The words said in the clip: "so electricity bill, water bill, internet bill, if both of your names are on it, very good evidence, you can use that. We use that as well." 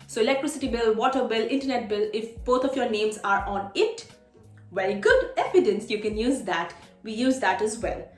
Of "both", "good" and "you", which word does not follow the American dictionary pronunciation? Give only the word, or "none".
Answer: both